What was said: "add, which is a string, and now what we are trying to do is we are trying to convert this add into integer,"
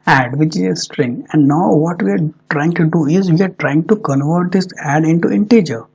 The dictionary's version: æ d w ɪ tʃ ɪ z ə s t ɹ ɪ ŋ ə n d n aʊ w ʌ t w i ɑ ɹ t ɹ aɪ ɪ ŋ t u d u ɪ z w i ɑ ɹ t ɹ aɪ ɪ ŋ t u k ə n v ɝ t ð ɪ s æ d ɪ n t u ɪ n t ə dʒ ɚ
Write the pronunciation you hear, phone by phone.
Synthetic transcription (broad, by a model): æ d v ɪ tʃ ɪ z ə s t ɹ ɪ ŋ ə n d n aʊ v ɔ t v i ɑ ɹ t ɹ aɪ ɪ ŋ t u d u ɪ z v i ɑ ɹ t ɹ aɪ ɪ ŋ t u k ə n v ɝ t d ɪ s æ d ɪ n t u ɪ n t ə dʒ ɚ